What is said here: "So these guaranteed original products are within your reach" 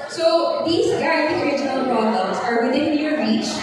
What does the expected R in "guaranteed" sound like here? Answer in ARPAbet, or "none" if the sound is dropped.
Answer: none